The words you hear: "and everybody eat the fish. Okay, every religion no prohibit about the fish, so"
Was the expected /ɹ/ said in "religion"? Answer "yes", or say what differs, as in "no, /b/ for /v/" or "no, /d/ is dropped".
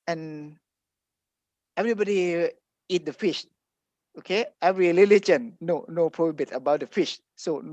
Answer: no, /l/ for /ɹ/